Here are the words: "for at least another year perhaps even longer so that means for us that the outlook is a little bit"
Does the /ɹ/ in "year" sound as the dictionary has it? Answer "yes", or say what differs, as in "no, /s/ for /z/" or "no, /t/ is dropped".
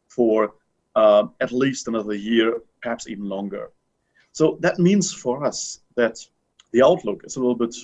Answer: yes